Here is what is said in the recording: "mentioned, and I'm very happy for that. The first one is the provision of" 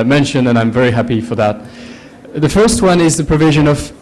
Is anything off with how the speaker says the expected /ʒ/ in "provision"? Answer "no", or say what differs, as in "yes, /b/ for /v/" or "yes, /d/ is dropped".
no